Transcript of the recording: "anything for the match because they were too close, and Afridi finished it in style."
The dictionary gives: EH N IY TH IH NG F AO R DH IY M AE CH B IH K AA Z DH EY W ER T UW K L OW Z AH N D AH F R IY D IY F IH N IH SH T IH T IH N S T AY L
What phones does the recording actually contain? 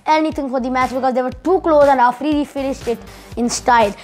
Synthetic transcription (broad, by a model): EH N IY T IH NG F AO R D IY M AE CH B IH K AA Z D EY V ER T UW K L OW Z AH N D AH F R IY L IY F IH N IH SH T IH T IH N S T AY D